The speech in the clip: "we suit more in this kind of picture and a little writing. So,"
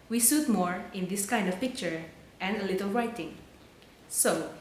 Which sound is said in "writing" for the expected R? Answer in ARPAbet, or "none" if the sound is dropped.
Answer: R